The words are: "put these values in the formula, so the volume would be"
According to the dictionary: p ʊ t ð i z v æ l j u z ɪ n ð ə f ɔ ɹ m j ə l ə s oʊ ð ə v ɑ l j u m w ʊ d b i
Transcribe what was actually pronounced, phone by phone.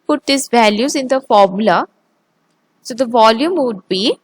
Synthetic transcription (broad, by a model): p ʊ t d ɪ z v æ l j u z ɪ n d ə f ɔ ɹ m j ə l ə s oʊ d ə v ɑ l j u m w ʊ d b i